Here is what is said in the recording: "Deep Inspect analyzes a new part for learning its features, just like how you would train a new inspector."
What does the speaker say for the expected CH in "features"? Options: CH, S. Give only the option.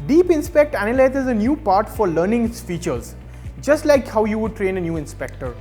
CH